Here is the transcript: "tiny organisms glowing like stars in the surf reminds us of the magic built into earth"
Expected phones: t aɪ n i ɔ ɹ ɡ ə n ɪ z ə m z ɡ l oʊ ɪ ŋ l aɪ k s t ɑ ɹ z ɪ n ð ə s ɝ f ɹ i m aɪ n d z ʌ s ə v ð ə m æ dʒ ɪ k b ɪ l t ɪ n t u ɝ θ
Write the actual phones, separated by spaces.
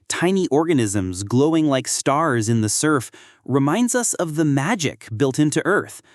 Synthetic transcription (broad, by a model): t aɪ n i ɔ ɹ ɡ ə n ɪ z ə m z ɡ l oʊ ɪ ŋ l aɪ k s t ɑ ɹ z ɪ n ð ə s ɝ f ɹ i m aɪ n d z ʌ s ə v ð ə m æ dʒ ɪ k b ɪ l t ɪ n t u ɝ θ